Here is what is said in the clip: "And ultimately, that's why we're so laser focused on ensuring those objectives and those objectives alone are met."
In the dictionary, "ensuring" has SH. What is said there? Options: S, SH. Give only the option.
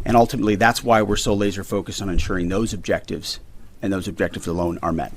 SH